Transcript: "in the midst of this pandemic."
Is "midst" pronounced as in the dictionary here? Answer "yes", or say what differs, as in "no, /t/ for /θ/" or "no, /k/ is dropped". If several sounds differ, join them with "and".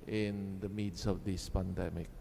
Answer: no, /t/ is dropped